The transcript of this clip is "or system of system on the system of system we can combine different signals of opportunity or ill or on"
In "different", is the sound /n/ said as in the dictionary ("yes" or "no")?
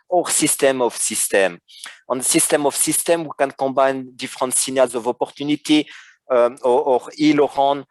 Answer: no